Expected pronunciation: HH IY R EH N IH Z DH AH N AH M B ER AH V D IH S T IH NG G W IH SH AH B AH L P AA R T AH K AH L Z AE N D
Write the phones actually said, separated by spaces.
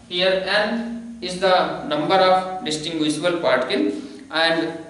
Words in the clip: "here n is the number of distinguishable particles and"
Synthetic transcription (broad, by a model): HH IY R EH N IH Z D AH N AH M B ER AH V D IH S T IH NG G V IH S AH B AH L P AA R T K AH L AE N D